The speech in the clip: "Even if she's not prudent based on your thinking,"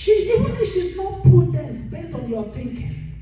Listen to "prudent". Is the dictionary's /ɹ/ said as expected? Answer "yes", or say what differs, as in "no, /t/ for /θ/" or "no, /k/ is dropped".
no, /ɹ/ is dropped